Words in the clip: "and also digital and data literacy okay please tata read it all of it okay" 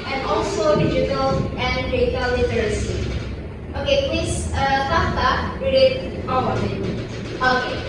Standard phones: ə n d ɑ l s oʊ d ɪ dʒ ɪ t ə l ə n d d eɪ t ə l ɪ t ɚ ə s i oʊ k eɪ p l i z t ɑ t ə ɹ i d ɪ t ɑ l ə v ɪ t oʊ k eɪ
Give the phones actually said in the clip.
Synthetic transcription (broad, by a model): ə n ɑ l s oʊ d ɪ dʒ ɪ t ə l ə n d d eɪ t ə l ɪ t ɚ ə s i oʊ k eɪ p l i s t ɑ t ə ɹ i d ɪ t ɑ w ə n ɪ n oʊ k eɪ